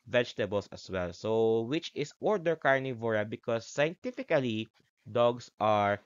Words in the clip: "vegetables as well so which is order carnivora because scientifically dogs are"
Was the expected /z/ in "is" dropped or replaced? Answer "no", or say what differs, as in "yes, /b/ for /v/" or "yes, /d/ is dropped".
yes, /s/ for /z/